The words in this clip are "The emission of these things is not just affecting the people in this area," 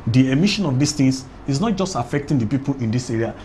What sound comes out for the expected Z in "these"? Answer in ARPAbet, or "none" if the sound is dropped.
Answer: S